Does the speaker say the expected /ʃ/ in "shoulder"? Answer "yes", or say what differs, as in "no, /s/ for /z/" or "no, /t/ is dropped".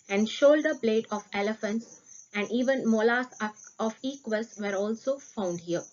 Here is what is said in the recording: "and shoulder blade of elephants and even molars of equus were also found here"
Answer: yes